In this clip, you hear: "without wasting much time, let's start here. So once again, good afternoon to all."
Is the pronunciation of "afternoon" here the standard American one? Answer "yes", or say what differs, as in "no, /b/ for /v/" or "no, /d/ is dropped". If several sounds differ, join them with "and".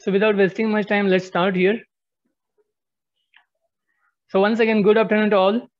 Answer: no, /p/ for /f/